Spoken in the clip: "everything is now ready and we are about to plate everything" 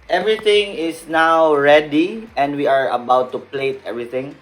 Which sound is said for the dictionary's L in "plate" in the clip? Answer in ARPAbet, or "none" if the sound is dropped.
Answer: L